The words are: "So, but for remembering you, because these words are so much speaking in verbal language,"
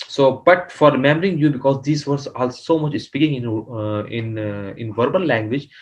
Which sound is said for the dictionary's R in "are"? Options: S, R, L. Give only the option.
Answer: L